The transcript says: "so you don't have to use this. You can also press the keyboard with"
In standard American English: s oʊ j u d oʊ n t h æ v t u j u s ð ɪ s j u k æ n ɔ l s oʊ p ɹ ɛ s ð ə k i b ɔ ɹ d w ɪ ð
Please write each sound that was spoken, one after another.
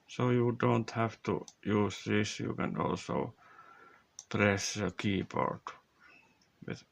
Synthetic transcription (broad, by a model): s oʊ j u d oʊ n t h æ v t u j u s ð ɪ s j u k æ n ɔ l s oʊ p ɹ ɛ s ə k i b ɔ ɹ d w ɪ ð